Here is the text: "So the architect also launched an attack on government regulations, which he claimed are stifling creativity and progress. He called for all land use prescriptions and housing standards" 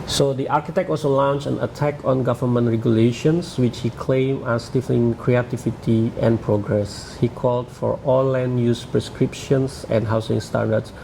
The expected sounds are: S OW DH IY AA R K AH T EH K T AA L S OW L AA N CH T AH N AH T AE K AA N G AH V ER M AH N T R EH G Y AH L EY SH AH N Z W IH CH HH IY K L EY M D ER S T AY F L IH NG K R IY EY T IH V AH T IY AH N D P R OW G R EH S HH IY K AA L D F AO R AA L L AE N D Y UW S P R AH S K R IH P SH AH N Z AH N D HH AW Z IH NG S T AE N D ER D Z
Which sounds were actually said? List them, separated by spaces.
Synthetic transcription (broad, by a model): S OW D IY AA R K AH T EH K T AA L S OW L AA N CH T AH N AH T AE K AA N G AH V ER M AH N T R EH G Y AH L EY SH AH N S W IH CH HH IY K L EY M ER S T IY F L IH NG K R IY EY T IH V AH T IY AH N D P R OW G R EH S HH IY K AA L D F AO R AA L L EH N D Y UW S P R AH S K R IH P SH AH N S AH N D HH AW S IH NG S T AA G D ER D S